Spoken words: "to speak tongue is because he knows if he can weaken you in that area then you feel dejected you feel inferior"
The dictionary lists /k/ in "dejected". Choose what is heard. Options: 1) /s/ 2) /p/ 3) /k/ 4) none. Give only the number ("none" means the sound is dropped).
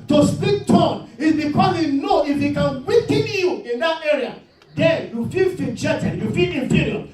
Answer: 4